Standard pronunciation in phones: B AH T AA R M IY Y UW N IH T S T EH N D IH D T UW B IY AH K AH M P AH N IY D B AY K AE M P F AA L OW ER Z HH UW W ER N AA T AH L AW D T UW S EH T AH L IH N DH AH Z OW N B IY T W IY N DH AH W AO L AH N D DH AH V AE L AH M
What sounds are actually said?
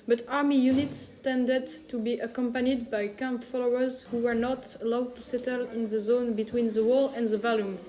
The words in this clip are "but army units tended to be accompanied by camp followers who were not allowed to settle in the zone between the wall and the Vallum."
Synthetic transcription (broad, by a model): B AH T AA R M IY Y UW N IH T S T EH N D IH D T UW B IY AH K AH M P AH N IY D B AY K AE M P F AA L OW ER Z HH UW W ER N AA T AH L AW D T UW S EH T AH L IH N DH AH Z OW N B IY T W IY N DH AH W AO L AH N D DH AH V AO L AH M